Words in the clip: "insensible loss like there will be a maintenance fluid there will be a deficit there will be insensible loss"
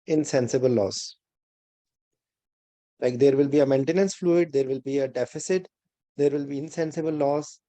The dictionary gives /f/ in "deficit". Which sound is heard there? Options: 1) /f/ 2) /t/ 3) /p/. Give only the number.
1